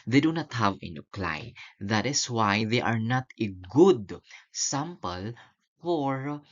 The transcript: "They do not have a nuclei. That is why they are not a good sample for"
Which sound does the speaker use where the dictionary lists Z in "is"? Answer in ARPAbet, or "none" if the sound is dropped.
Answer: S